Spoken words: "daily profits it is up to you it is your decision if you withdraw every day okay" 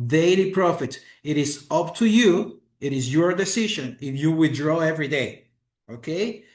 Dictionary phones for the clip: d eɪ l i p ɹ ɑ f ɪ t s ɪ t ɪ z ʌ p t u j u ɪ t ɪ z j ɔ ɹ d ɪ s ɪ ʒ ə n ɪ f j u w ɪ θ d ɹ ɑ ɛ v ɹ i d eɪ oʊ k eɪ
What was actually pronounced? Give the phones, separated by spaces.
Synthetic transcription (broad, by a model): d eɪ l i p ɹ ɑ f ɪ t ɪ t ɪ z ʌ p t u j u ɪ t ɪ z j ɔ ɹ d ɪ s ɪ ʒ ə n ɪ f j u w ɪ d ɹ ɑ ɛ v ɹ i d eɪ oʊ k eɪ